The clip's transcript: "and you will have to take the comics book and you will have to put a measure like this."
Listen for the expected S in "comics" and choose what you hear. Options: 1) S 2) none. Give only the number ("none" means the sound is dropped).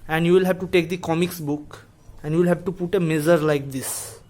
1